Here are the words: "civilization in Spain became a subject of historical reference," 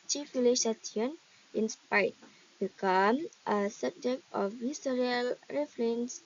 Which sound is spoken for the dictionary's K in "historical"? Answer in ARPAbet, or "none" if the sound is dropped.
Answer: none